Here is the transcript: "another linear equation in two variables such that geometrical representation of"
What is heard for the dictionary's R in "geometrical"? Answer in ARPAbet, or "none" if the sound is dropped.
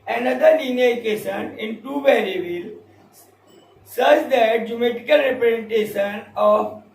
none